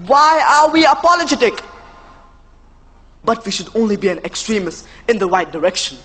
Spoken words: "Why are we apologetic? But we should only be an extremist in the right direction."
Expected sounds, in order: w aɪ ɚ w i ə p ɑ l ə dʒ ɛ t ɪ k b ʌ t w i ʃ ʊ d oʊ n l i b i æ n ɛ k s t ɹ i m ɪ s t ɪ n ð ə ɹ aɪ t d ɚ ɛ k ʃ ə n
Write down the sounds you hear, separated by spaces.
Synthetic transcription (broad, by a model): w aɪ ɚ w i ə p ɑ l ə dʒ ɛ t ɪ k b ʌ t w i ʃ ʊ d oʊ n l i b i æ n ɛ k s t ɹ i m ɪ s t ɪ n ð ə w aɪ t d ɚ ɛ k ʃ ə n